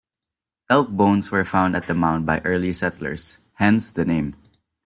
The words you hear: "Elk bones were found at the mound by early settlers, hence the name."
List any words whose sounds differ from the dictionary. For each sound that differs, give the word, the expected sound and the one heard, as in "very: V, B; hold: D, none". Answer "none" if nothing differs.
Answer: bones: Z, S; settlers: Z, S